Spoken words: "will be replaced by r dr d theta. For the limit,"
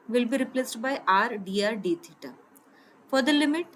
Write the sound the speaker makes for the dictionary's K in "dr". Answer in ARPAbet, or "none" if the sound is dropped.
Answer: none